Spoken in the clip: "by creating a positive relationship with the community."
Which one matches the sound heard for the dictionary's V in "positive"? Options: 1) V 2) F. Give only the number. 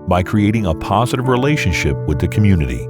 1